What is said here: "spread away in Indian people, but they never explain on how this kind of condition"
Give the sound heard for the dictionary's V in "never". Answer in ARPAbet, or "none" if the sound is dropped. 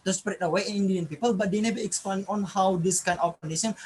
B